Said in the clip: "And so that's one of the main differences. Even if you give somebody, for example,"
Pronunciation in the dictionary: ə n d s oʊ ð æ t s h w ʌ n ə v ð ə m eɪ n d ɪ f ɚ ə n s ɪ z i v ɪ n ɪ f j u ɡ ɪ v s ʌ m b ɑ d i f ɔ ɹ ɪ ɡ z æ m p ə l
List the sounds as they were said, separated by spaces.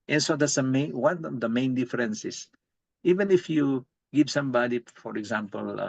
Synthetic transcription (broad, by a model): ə n s oʊ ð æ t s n w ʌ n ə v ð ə m eɪ n d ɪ f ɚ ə n s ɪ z i v ɪ n ɪ f j u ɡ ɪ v s ʌ m b ɑ d i f ɔ ɹ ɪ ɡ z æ m p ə l